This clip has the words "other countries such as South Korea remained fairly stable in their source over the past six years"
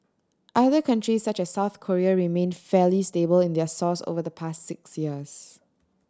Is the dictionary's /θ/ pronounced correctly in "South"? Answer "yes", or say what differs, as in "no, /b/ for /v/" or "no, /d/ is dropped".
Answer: yes